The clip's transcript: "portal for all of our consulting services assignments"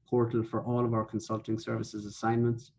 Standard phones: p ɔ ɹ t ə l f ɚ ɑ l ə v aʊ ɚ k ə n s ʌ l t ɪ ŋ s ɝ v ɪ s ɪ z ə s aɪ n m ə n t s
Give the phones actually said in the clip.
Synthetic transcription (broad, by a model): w ɔ ɹ t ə l f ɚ ɑ l ə v aʊ ɚ k ə n s ʌ l t ɪ ŋ s ɝ v ɪ s ɪ z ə s aɪ n m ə n t s